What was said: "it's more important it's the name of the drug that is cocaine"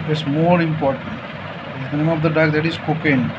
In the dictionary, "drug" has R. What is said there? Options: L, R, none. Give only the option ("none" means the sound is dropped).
none